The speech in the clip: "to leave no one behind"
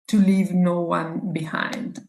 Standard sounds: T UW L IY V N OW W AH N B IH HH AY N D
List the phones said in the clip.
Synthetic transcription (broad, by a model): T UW L IY V N OW W AH N B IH HH AY N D